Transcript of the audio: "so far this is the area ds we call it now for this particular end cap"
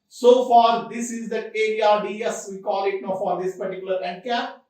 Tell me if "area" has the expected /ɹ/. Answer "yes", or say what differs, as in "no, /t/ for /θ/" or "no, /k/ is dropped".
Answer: no, /ɹ/ is dropped